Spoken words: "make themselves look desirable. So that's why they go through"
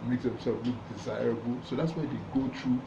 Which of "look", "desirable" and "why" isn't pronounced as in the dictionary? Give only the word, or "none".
none